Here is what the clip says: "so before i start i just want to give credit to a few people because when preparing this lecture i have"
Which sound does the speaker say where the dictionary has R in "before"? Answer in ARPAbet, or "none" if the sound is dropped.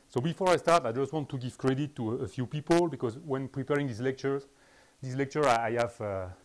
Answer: R